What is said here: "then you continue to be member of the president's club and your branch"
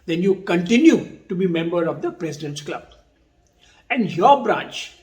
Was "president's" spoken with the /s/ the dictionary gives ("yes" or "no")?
no